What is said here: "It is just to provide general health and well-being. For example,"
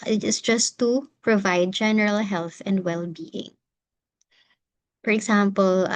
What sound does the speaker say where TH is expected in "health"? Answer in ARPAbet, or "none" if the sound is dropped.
TH